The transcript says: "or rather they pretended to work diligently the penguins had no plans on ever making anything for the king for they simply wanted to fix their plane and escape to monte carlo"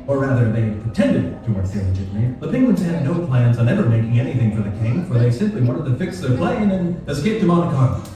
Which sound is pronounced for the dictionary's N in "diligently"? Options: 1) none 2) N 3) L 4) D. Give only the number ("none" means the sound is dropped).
1